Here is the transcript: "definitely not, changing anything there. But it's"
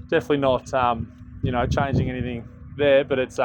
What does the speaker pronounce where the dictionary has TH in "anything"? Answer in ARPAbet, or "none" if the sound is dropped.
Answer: TH